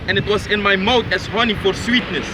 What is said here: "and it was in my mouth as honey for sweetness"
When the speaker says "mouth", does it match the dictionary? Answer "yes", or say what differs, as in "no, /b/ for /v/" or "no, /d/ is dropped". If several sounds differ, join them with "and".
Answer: no, /t/ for /θ/